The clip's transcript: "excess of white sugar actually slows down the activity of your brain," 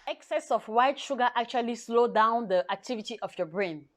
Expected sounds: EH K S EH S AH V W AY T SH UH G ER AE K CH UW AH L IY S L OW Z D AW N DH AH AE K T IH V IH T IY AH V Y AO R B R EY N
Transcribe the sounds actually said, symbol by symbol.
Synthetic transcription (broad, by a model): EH K S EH S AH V W AY T SH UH G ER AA K CH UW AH L IY S L OW D AW N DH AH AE K T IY V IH T IY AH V Y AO B R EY N